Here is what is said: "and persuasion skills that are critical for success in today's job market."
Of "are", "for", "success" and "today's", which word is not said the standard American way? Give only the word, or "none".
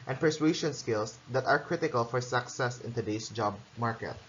today's